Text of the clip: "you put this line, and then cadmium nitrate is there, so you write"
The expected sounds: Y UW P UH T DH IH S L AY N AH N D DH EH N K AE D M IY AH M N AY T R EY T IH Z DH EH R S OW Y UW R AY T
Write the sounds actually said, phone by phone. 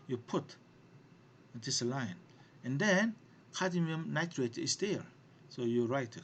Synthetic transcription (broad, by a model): Y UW P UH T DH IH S L AY N AH N D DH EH N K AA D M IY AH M N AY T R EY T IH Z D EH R S OW Y UW R AY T